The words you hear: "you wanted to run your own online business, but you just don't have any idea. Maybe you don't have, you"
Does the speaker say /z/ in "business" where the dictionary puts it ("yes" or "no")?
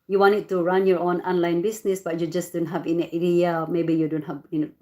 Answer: no